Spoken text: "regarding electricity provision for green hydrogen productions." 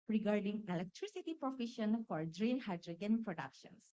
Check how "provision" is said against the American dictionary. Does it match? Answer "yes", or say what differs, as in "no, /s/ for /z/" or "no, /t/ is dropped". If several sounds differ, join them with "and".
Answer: no, /f/ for /v/ and /ʃ/ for /ʒ/